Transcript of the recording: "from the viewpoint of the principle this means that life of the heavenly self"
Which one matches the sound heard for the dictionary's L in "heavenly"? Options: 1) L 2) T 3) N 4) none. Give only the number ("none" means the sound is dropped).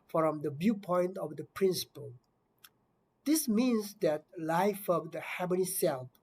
4